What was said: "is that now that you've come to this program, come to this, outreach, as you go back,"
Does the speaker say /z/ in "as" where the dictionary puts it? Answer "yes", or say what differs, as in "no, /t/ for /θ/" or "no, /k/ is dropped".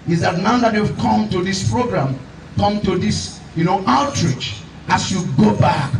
no, /s/ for /z/